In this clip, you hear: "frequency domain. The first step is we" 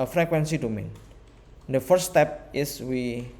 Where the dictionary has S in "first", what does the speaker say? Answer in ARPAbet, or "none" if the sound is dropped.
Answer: none